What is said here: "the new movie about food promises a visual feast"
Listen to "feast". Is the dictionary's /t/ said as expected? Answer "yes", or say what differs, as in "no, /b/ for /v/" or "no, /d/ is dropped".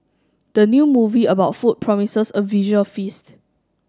yes